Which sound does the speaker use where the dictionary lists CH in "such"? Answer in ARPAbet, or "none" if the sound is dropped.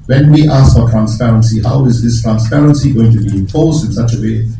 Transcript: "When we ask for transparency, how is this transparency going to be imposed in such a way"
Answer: CH